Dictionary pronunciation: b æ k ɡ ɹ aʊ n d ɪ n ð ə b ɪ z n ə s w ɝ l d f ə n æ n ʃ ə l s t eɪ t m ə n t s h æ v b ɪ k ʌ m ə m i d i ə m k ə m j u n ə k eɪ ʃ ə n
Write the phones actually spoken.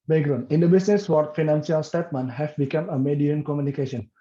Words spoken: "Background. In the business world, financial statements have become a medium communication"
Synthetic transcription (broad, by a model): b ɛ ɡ ɹ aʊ n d ɪ n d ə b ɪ s n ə s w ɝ d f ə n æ n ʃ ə l s t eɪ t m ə n h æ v b ɪ k ʌ m ə m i d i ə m k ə m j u n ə k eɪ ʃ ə n